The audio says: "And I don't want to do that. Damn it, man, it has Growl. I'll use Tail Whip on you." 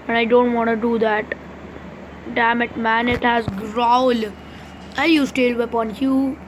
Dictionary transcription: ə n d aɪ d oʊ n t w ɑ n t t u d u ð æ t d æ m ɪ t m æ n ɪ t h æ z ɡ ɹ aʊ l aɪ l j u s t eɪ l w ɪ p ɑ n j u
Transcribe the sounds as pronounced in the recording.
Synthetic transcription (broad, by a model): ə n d aɪ d oʊ n t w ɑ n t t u d u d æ t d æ m ɪ t m æ n ɪ t h æ z ɡ ɹ aʊ l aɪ n j u s t eɪ l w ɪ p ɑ n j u